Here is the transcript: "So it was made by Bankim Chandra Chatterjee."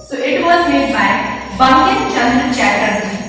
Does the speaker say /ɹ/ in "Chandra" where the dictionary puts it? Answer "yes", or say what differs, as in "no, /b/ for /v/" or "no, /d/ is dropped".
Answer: no, /ɹ/ is dropped